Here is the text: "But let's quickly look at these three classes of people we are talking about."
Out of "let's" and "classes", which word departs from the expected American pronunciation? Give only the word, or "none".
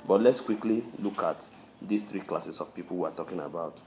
classes